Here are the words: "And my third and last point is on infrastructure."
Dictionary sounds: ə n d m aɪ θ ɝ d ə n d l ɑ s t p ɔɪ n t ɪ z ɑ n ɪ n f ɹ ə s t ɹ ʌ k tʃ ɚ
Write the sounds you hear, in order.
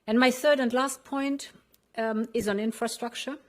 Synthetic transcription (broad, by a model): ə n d m aɪ θ ɝ d ə n d l ɑ s t p ɔɪ n t ɪ z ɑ n ɪ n f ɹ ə s t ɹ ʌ k tʃ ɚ